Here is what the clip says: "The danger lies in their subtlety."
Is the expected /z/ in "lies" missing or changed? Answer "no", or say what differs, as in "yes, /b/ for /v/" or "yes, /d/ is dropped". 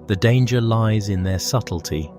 no